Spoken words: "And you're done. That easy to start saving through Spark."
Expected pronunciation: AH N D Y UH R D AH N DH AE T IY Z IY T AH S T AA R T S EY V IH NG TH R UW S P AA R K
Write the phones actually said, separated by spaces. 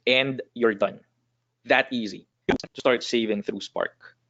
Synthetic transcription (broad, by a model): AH N D Y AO R D AH N DH AE T IY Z IY T AH S T AA R T S EY V IH NG TH R UW S P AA R K